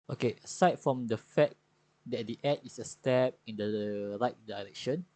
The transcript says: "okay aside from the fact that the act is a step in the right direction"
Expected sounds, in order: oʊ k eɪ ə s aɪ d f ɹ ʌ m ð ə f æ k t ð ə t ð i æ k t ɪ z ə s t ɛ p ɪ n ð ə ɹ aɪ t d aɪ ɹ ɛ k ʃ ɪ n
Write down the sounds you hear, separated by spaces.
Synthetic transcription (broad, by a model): oʊ k eɪ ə s aɪ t f ɹ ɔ m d ə f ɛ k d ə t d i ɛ t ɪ s ə s t ɛ p ɪ n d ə ɹ aɪ t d aɪ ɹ ɛ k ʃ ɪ n